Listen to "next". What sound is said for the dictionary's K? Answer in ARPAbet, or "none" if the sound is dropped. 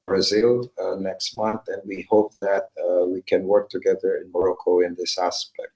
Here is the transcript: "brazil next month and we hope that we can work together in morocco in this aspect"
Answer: K